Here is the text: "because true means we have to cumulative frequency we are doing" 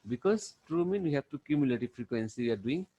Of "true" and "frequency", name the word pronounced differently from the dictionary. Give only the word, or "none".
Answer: none